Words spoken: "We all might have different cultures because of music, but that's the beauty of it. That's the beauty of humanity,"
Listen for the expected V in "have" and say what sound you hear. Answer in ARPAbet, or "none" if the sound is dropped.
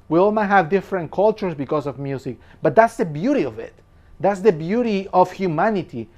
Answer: V